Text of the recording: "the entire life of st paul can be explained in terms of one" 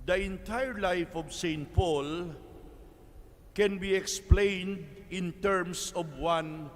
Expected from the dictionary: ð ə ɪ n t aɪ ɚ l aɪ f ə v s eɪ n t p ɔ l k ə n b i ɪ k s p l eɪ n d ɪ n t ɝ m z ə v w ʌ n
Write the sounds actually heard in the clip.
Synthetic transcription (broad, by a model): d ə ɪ n t aɪ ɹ l aɪ f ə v s eɪ n t p ɔ l k ə n b i ɪ k s p l eɪ n d ɪ n t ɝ m s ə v w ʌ n